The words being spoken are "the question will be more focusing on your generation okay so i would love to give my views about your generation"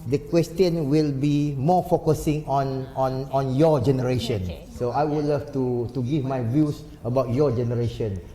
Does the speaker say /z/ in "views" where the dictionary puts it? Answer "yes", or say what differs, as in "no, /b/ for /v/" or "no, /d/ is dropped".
no, /s/ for /z/